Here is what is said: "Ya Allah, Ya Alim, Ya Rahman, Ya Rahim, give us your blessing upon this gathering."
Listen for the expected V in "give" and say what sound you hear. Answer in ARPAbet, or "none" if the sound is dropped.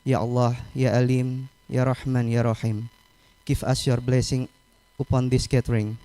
F